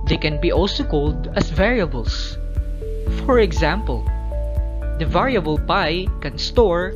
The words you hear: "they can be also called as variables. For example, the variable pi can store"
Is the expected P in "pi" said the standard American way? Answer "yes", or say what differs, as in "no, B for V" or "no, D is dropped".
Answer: yes